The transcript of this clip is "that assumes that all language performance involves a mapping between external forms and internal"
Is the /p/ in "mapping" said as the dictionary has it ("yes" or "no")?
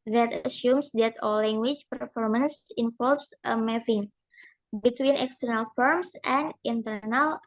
no